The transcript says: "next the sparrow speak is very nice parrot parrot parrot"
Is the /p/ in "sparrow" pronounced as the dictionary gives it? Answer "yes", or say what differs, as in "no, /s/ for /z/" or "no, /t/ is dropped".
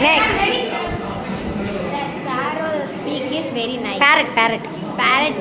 no, /p/ is dropped